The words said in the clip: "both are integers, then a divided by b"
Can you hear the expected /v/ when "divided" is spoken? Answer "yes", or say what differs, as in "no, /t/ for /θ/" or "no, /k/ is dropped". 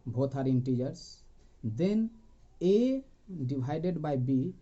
no, /b/ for /v/